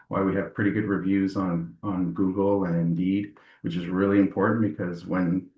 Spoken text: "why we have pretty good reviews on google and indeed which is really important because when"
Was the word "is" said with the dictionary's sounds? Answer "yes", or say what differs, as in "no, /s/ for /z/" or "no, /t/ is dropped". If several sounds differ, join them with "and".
yes